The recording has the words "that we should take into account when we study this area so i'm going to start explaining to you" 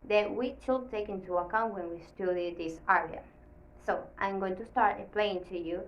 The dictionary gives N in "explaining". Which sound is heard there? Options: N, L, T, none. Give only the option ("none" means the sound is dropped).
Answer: none